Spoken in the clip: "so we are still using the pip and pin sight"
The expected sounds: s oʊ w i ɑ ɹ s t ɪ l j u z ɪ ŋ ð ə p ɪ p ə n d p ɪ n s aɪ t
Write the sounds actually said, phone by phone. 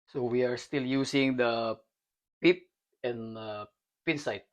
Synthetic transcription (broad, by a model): s oʊ w i ɑ ɹ s t ɪ l j u s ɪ ŋ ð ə p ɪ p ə n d p ɪ n s aɪ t